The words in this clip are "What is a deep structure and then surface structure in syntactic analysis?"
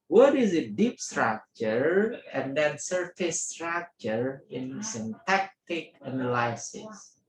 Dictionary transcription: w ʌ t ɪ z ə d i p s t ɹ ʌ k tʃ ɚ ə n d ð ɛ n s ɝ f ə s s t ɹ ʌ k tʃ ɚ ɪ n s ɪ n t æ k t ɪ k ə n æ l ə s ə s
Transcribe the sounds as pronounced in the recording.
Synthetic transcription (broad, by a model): w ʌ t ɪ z ə d i p s t ɹ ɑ k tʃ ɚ ə n d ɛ n s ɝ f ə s s t ɹ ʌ k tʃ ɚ ɪ n s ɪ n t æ k t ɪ k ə n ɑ l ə s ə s